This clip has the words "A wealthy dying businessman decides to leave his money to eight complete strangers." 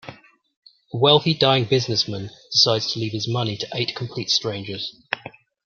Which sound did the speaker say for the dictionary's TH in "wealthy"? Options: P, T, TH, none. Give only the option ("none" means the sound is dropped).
TH